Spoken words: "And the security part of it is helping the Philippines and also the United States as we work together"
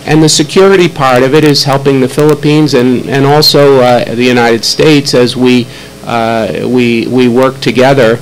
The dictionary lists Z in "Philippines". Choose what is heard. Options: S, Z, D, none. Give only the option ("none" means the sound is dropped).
Z